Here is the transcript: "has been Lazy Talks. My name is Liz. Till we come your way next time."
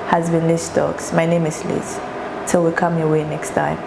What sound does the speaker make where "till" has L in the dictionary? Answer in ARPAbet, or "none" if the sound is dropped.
L